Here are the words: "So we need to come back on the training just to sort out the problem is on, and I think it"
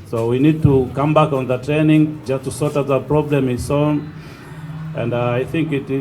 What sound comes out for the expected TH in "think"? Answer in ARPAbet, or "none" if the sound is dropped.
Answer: TH